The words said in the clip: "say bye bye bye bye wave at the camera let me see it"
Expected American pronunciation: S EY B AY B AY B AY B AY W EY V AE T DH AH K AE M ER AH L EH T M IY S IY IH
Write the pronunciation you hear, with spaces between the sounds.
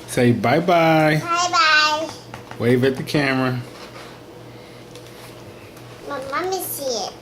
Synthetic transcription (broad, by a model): S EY B AY B AY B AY B AY W EY V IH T DH AH K AE M ER AH N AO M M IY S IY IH